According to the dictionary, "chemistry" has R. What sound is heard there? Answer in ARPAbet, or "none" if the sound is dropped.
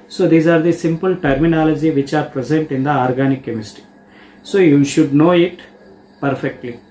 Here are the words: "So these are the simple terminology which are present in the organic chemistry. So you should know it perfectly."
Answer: none